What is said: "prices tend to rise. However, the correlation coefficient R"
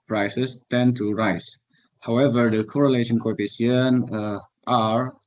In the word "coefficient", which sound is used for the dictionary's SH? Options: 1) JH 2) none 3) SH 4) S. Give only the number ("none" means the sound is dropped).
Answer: 2